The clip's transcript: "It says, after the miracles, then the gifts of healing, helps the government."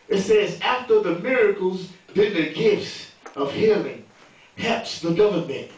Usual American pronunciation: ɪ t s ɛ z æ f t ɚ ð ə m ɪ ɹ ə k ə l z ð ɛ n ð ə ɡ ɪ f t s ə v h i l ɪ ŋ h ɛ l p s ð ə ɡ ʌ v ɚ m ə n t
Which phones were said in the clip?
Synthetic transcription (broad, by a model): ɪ t s ɛ z æ f t ɚ ð ə m ɪ ɹ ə k l z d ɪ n ð ə ɡ ɪ f t s ə v h i l ɪ ŋ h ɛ p s ð ə ɡ ʌ v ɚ m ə n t